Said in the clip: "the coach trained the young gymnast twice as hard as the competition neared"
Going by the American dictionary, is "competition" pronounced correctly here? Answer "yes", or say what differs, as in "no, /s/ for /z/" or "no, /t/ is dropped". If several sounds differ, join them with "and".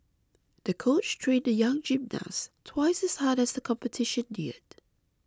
yes